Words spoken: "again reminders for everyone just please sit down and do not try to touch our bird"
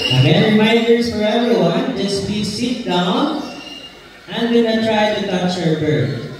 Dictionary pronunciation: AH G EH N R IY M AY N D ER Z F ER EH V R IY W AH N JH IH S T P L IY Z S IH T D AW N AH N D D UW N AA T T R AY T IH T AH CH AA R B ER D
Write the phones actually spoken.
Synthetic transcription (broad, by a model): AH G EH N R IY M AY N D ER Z F ER EH V R IY W AH N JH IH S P IY S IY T D AW N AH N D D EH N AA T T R AY T IH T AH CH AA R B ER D